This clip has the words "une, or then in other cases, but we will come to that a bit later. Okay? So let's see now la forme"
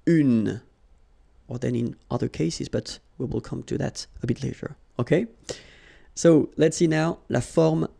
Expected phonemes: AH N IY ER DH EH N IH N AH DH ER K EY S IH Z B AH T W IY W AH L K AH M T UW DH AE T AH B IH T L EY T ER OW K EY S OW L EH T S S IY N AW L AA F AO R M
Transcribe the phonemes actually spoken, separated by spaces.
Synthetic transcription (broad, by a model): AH N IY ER DH EH N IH N AH DH ER K EY S IH Z B AH T W IY W AH L K AH M T UW DH AE T AH B IH T L EY T ER OW K EY S OW L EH T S S IY N AW L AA F AO R M